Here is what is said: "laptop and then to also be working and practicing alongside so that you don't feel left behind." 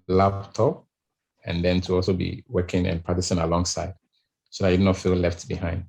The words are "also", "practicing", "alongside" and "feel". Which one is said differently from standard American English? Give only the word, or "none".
practicing